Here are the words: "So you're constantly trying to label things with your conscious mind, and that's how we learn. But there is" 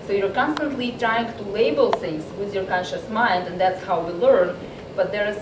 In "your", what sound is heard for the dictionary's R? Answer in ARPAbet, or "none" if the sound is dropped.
R